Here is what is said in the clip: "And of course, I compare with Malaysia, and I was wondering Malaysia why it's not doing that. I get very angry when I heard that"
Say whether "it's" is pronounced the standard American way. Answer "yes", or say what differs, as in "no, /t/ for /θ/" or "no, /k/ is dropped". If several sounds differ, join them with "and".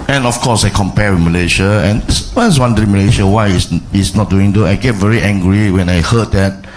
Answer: no, /s/ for /t/